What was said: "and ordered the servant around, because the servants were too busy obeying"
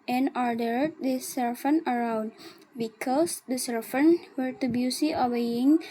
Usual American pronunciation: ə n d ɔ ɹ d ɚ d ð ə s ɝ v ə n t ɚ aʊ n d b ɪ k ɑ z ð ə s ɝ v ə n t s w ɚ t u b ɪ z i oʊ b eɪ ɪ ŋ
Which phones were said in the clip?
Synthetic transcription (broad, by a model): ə n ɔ ɹ d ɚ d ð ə s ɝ f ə n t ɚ aʊ n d b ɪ k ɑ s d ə s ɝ f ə n w ɚ t u b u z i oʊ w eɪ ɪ ŋ